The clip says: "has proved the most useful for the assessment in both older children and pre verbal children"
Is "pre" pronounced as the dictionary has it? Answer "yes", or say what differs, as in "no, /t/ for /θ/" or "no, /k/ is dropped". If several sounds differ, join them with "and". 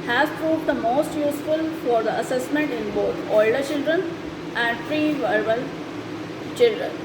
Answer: no, /f/ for /p/